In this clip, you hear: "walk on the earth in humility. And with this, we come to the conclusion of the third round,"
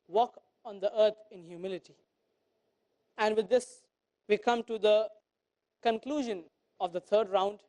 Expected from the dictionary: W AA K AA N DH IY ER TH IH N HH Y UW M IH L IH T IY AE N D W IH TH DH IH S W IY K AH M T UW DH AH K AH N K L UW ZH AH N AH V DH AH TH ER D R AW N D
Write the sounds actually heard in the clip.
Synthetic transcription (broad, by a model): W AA K AA N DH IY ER T IH N HH Y UW M IH L IH T IY AE N D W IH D IH S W IY K AH M T UW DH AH K AH N K L UW ZH AH N AH V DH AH T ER D R AW N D